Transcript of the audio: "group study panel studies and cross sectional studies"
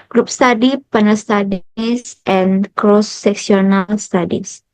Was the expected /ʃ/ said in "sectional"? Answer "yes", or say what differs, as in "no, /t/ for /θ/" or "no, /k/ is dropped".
no, /s/ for /ʃ/